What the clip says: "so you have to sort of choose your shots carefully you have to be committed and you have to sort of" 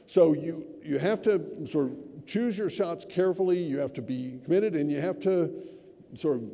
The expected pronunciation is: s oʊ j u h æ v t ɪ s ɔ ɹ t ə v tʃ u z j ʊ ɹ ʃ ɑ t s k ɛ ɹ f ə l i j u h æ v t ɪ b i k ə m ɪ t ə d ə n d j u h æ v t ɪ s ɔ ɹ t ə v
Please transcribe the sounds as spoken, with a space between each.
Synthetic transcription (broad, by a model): s oʊ j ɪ h æ f t ɪ s ɔ ɹ t ə v tʃ u z j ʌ ɹ ʃ ɑ t s k ɛ ɹ f l i j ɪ h æ f t ɪ b i k ə m ɪ t ə d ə n j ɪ h æ f t ɪ s ɔ ɹ t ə v